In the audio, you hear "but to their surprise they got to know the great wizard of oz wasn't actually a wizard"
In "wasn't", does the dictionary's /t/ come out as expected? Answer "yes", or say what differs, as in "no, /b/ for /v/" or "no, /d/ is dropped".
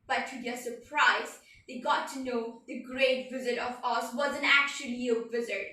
no, /t/ is dropped